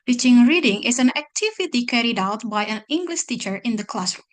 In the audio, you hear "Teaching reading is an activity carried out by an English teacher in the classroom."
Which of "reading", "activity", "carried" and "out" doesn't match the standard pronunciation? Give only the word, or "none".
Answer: none